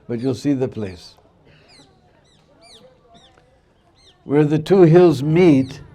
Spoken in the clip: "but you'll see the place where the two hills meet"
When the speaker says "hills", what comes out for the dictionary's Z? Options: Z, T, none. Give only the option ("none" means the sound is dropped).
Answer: Z